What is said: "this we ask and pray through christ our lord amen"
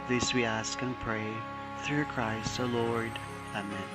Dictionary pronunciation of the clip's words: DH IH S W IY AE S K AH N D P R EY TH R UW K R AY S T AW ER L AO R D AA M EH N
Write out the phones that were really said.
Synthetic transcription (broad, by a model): DH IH S W IY AE S K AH N P R EY TH R UW K R AY S T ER L AO R D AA M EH N